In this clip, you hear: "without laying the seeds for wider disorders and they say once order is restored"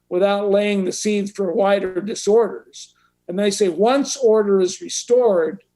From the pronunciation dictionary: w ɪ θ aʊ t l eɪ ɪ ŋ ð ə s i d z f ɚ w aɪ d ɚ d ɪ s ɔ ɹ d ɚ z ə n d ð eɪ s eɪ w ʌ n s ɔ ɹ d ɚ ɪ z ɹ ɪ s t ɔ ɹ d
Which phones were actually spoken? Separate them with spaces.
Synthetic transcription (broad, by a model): w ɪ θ aʊ t l eɪ ɪ ŋ ð ə s i d z f ɚ w aɪ d ɚ d ɪ s ɔ ɹ d ɚ z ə n ð eɪ s eɪ w ʌ n s ɔ ɹ d ɚ ɪ z ɹ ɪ s t ɔ ɹ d